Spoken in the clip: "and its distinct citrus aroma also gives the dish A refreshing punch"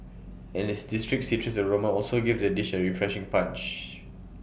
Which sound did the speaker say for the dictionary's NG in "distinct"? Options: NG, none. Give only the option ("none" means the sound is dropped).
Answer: none